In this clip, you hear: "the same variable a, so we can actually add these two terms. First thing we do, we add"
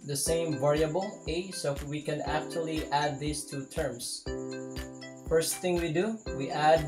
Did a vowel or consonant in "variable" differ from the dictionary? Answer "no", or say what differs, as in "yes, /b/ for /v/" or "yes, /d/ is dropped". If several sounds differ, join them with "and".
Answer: no